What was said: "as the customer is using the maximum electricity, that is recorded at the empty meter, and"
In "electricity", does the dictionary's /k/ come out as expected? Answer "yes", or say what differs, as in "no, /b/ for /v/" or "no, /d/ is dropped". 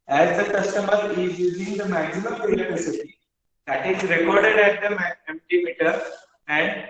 no, /k/ is dropped